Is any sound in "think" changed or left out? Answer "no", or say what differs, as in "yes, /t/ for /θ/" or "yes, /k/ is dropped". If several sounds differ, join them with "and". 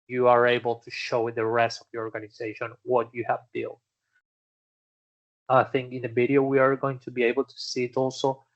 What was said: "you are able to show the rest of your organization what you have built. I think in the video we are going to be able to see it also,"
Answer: no